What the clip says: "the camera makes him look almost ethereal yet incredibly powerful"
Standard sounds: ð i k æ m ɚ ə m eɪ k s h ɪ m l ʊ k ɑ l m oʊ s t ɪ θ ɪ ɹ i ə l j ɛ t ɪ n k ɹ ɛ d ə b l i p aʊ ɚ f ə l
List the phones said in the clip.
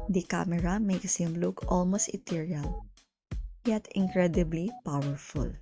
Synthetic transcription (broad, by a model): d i k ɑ m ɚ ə m eɪ k s h ɪ m l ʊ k ɑ l m oʊ s t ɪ t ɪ ɹ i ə l j ɛ t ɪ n k ɹ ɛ d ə b l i p aʊ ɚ f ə l